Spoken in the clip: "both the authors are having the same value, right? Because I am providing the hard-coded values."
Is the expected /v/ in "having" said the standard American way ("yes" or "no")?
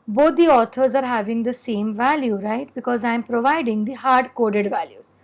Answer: yes